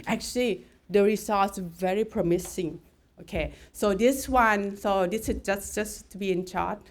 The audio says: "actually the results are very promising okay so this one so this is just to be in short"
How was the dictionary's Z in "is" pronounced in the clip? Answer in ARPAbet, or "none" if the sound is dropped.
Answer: S